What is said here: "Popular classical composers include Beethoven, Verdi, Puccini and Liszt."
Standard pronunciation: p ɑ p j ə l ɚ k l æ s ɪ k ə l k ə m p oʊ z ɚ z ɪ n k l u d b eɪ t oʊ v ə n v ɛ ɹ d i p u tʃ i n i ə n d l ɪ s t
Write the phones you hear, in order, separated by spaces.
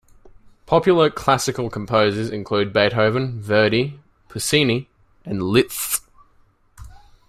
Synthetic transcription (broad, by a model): p ɑ p j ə l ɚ k l æ s ɪ k ə l k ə m p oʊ z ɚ z ɪ n k l u d b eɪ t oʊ v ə n v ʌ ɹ d i p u s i n i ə n l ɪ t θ